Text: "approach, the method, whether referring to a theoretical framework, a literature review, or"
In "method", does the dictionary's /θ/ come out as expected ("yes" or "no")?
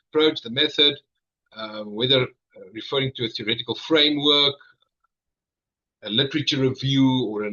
yes